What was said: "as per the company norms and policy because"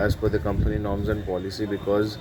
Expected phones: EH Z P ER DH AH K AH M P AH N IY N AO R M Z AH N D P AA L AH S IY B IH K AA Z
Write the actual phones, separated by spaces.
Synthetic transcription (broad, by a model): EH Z F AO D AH K AH M P AH N IY N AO R M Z AH N D P AA L AH S IY B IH K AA Z